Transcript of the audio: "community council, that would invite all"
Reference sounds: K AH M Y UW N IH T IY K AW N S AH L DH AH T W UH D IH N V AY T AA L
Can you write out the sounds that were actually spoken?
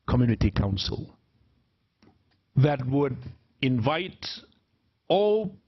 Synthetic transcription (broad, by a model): K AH M Y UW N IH T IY K AW N S AH L DH AH T W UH D IH N V AY T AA L